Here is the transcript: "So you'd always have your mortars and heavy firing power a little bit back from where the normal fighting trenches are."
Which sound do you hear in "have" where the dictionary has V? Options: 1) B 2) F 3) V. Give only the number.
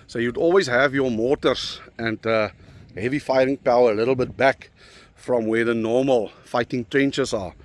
3